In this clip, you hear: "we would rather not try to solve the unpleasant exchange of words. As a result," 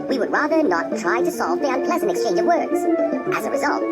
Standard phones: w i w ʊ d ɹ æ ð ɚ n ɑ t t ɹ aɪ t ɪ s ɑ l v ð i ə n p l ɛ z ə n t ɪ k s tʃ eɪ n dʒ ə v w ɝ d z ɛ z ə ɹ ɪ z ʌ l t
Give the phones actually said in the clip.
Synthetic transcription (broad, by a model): w i w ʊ d ɹ æ ð ɚ n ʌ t t ɹ aɪ t ɪ s ɑ l v ð i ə n p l ɛ z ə n t ɪ k s tʃ eɪ n dʒ ə v w ɝ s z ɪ z ə ɹ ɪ z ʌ l t